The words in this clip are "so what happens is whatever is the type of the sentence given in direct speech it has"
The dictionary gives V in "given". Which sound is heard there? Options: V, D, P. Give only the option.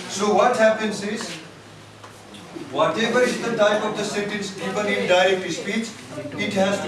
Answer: P